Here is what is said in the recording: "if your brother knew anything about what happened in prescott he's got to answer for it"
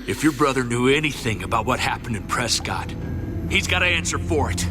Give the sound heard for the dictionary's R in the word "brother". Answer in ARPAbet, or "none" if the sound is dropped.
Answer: R